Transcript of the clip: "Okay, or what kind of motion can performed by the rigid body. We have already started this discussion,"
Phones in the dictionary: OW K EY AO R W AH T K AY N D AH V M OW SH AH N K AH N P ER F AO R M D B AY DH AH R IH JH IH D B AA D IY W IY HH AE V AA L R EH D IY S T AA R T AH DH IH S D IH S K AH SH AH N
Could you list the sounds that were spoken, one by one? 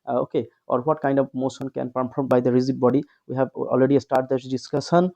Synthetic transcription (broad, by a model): OW K EY AO R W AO T K AY N D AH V M OW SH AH N K AH N P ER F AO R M B AY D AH R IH Z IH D B AA D IY W IY HH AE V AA L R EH D IY S T AA R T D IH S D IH S K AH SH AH N